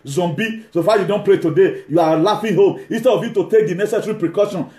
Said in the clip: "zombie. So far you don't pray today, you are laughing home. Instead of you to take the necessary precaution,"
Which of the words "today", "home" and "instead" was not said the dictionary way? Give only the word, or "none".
none